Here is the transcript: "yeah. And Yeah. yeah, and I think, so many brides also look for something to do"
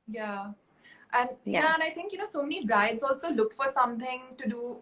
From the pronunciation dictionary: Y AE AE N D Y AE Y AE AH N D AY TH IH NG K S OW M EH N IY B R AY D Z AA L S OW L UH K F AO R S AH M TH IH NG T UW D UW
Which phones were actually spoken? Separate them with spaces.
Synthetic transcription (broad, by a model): Y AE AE N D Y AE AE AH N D AY T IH NG K S OW M EH N IY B R AY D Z AA L S OW L UH K F AO R S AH M T IH NG T UW D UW